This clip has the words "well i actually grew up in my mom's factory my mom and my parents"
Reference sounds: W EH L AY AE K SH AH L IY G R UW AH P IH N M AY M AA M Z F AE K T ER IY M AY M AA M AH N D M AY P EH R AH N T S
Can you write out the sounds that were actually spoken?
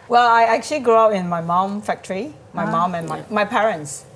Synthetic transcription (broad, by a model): W EH L AY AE K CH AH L IY G R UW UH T IH N M AY M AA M F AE K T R IY M AY M AA M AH N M M AY P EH R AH N T S